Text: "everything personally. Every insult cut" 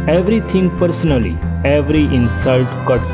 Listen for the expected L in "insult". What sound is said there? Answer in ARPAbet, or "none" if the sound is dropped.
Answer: L